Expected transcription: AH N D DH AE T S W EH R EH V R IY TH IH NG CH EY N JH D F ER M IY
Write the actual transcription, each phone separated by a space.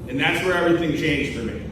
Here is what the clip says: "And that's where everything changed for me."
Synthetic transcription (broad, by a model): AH N DH AE T S W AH R EH V R IY TH IH NG CH EY N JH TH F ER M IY